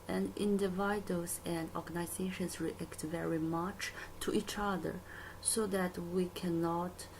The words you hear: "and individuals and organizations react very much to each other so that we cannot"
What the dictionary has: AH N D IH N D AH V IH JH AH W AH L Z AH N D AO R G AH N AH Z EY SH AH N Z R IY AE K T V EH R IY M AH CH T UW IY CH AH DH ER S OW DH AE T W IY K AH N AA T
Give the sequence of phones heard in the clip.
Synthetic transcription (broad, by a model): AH N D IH N D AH V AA AH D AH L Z AH N D AO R G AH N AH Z EY SH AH N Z R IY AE K T V EH R IY M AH CH T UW IY CH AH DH ER S OW DH AE T W IY K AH N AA T